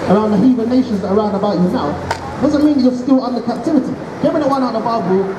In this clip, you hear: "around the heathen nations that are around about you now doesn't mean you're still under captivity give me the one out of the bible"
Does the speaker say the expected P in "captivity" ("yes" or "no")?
yes